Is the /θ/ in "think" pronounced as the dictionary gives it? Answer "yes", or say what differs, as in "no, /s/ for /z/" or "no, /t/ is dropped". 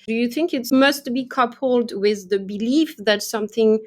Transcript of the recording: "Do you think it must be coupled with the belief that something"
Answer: yes